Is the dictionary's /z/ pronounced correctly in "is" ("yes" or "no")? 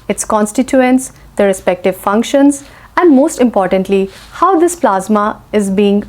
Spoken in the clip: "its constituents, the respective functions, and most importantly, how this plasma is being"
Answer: yes